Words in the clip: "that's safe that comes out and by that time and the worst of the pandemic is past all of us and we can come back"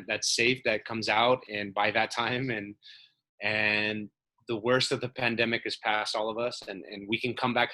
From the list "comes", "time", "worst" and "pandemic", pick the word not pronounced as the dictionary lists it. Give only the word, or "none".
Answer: none